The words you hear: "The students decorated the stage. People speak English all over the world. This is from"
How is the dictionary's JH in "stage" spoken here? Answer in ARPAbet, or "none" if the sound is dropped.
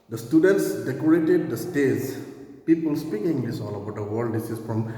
Z